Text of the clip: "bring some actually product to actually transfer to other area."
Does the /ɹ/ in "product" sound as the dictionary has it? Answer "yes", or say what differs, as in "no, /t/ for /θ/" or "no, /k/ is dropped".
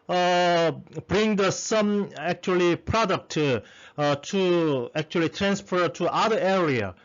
yes